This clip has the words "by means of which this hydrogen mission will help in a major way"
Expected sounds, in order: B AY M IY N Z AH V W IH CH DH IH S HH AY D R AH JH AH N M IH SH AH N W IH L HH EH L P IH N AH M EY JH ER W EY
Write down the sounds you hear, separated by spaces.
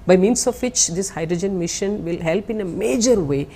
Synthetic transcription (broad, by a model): B AY M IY N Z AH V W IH CH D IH S HH AY D R AH JH AH N M IH SH AH N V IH L HH EH L P IH N AH M EY JH ER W EY